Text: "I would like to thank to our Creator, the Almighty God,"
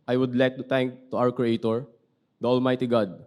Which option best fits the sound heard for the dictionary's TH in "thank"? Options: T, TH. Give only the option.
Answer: T